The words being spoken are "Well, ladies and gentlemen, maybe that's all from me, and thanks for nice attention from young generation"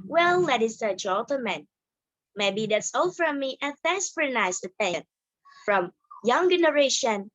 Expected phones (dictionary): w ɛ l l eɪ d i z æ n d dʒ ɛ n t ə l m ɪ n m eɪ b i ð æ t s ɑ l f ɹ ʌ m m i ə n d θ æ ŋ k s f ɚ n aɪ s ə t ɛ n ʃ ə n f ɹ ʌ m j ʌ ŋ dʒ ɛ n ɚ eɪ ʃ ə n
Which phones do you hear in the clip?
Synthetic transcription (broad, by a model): w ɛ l l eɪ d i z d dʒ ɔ l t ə m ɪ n m eɪ b i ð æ t s ɑ l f ɹ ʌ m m i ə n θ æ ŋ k s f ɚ n aɪ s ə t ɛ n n f ɹ ʌ m j ʌ ŋ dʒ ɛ n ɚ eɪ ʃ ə n